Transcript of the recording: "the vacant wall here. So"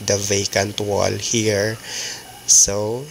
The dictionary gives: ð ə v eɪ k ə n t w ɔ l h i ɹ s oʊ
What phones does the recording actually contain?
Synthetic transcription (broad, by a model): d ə v eɪ k ə n t w ɔ l h i ɹ s oʊ